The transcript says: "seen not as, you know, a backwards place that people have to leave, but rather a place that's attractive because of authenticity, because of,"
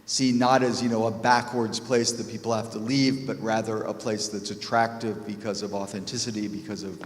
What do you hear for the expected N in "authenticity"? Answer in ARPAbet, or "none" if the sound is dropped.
N